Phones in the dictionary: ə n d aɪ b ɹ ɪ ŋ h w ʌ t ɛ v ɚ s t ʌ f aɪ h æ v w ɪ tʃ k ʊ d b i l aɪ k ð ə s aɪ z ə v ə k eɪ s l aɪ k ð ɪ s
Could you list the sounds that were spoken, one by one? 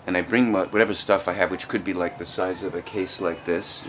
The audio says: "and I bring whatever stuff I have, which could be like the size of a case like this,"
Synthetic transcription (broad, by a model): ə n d aɪ b ɹ ɪ ŋ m w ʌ t ɛ v ɚ s t ʌ f aɪ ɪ v w ɪ tʃ k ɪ d b i l aɪ k ð ə s aɪ z ə v ə k eɪ s l aɪ k ð ɪ s